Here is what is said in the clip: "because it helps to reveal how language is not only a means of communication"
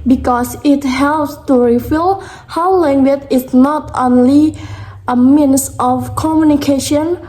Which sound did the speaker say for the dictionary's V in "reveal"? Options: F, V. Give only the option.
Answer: F